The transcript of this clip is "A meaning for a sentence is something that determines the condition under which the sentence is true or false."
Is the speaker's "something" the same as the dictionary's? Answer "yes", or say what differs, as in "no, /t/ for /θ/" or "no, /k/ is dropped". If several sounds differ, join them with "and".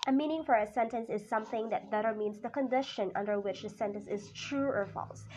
yes